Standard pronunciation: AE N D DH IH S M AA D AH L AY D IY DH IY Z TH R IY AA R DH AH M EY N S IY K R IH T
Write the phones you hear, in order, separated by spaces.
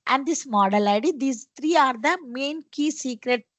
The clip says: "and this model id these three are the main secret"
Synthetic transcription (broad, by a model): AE N D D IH S M AA D AH L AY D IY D IY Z T R IY AA R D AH M EY N S IY K R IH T